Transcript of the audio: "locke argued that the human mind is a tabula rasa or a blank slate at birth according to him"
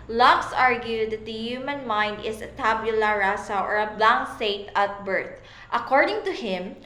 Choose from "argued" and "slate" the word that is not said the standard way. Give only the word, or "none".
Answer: slate